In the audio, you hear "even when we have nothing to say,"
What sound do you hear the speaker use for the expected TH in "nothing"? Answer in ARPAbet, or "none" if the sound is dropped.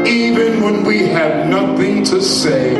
TH